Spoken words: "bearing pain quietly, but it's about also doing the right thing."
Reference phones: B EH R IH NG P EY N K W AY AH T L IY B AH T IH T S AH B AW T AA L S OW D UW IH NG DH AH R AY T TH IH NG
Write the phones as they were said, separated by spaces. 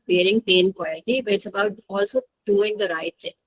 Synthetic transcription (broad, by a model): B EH R IH NG P EY N K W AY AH T IY B AH T IH T S AH B AW T AA L S OW D UW IH NG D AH R AY T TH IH NG